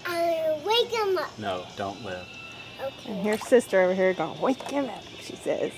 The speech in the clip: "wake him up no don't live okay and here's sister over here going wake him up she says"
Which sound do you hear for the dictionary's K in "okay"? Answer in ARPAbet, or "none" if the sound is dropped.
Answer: none